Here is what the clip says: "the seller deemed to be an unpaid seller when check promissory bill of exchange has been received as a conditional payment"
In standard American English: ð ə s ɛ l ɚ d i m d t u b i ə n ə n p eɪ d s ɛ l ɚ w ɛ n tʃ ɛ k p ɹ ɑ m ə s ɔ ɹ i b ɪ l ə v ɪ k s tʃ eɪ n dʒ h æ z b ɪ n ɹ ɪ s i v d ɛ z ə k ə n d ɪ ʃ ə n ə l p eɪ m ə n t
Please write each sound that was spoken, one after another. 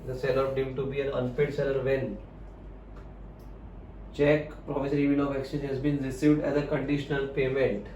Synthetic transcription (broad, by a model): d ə s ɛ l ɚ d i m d t u b i ə n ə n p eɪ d s ɛ l ɚ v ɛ n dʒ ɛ k p ɹ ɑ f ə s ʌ ɹ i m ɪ n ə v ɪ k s eɪ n h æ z b ɪ n ɹ ɪ s i v d ɛ z ə k ə n d ɪ ʃ ə n ə l p eɪ m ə n t